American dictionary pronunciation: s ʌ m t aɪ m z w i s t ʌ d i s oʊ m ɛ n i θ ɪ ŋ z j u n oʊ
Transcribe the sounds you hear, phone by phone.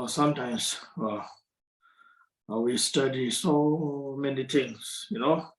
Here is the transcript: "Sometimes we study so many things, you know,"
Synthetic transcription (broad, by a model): s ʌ m t aɪ m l w i s t ʌ d i s oʊ m ɛ n i t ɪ ŋ s j u n oʊ